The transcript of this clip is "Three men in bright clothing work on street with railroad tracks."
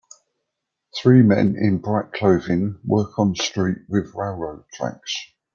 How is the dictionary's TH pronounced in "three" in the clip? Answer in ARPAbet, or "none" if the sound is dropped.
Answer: TH